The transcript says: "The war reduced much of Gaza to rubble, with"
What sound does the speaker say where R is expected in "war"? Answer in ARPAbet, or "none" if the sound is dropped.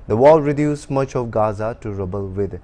L